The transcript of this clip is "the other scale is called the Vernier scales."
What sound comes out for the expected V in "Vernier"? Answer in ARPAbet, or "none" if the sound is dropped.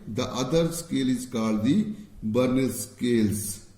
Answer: B